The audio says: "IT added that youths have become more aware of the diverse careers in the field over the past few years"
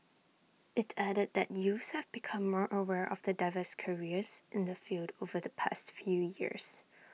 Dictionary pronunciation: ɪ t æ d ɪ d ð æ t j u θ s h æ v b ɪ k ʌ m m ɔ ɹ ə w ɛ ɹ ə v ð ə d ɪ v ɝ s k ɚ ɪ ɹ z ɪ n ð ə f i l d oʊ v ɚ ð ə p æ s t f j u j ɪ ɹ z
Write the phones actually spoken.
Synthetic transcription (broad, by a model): ɪ t æ d ɪ d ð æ t j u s h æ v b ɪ k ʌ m m ɔ ɹ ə w ɛ ɹ ə v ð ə d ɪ v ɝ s k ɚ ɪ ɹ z ɪ n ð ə f i l d oʊ v ɚ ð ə p æ s t f j u j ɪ ɹ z